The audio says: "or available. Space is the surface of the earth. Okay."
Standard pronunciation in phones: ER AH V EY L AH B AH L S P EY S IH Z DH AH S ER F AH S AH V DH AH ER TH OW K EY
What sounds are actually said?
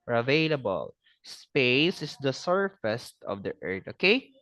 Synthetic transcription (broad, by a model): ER AH V EY L AH B AH L S P EY S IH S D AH S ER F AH S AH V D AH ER T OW K EY